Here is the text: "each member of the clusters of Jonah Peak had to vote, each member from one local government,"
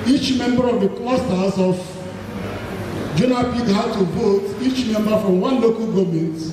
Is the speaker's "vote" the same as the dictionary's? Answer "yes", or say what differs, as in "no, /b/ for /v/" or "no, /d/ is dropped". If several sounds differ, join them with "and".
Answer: no, /b/ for /v/